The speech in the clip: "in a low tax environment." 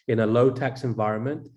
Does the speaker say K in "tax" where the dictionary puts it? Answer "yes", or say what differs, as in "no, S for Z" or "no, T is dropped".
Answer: yes